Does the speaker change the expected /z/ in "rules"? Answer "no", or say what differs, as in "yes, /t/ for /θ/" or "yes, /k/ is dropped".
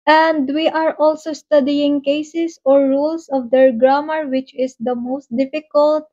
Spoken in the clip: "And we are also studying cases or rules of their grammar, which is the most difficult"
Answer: yes, /s/ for /z/